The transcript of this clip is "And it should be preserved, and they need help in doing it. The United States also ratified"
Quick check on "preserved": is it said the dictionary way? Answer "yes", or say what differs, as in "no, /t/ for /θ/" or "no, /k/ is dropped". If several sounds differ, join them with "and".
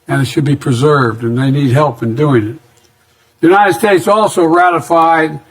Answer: yes